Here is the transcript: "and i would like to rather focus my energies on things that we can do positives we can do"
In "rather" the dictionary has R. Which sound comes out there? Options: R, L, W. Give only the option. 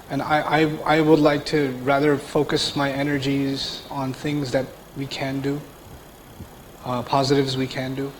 R